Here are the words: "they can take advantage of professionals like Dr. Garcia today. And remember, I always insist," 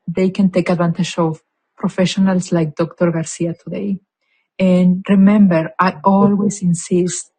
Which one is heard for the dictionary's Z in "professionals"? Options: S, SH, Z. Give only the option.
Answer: S